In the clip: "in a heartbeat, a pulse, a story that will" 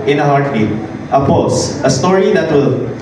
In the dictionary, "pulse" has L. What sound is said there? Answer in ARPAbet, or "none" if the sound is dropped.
none